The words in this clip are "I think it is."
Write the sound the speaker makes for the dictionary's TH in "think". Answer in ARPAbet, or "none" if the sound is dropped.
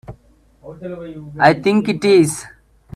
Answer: T